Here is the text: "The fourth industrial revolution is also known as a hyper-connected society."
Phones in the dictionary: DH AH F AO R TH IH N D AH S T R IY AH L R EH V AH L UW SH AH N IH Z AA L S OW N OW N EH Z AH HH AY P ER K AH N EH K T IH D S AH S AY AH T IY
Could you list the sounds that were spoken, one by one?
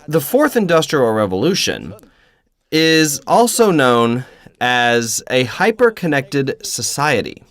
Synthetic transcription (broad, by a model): DH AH F AO R TH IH N D AH S T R IY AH L R EH V AH L UW SH AH N IH Z AA L S OW N OW N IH Z AH HH AY P ER K AH N EH K T IH D S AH S AY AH T IY